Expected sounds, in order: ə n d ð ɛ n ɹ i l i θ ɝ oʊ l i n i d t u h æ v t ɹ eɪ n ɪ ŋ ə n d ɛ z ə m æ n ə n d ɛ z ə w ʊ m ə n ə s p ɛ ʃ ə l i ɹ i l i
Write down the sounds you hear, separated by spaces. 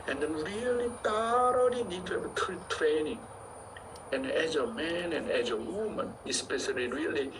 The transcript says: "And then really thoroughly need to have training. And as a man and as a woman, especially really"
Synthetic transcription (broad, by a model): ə n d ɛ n ɹ i l i t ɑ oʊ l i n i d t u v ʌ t t ɹ eɪ n ɪ ŋ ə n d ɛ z ə m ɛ n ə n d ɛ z ə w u m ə n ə s p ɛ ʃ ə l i ɹ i l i